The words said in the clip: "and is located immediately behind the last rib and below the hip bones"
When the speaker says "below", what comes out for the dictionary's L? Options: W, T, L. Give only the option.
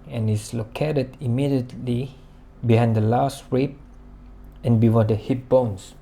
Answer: W